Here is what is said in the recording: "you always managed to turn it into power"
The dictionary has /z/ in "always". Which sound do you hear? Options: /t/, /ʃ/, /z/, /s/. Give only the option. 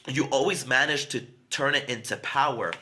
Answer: /z/